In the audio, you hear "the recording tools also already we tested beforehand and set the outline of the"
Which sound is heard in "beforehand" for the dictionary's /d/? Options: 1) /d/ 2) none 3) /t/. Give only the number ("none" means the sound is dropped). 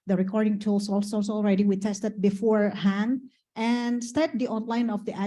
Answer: 1